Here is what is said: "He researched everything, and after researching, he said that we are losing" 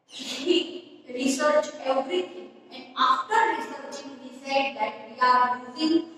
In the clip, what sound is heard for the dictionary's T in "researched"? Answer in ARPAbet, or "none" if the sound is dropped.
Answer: none